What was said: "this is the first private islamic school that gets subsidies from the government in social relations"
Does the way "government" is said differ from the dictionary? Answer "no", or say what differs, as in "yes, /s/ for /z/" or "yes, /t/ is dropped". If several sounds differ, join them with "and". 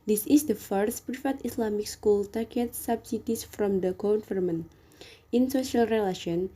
yes, /f/ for /v/